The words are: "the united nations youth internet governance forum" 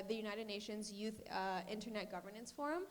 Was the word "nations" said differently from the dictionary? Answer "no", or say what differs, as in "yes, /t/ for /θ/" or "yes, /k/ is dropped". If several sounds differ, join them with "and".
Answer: no